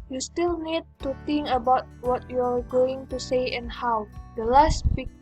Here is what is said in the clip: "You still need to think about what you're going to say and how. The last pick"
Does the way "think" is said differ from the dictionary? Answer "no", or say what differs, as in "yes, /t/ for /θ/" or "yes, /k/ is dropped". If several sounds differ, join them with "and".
yes, /t/ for /θ/